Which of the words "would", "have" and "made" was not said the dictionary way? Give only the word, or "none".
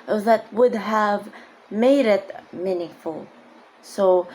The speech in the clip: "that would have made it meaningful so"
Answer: none